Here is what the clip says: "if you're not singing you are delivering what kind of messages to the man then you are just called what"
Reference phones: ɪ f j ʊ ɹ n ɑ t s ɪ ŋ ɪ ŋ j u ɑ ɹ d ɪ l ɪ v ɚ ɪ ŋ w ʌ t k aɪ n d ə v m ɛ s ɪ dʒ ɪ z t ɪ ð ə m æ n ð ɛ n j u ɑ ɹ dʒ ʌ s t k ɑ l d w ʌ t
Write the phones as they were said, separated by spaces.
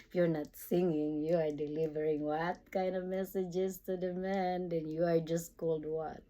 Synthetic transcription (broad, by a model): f j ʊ ɹ n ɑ t s ɪ ŋ ɪ ŋ j u ɑ ɹ d ɪ l ɪ v ɚ ɪ ŋ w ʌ t k aɪ n d ə v m ɛ s ɪ dʒ ɪ z t ɪ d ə m æ n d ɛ n j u ɑ ɹ dʒ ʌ s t k ɑ l d w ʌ t